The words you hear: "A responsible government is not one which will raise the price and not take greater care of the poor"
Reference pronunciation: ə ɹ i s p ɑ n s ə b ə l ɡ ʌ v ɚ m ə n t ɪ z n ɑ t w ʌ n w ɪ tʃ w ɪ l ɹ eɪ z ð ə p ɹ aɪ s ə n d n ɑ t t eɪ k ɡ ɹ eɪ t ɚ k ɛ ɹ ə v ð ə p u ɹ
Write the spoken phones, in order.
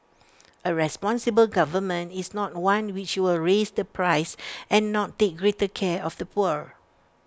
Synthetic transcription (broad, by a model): ə ɹ i s p ɑ n s ə b ə l ɡ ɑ v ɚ m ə n t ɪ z n ɑ t w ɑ n w ɪ tʃ w ɪ l ɹ eɪ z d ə p ɹ aɪ s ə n n ɑ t t eɪ k ɡ ɹ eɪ t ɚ k ɛ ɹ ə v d ə p u ɹ